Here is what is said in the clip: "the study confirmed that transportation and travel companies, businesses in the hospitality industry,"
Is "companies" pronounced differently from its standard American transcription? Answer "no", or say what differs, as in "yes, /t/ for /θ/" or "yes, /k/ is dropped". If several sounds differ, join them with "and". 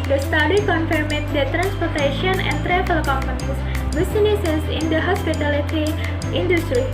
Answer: yes, /p/ is dropped